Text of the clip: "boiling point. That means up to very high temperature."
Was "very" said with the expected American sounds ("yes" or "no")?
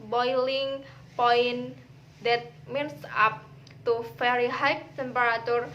no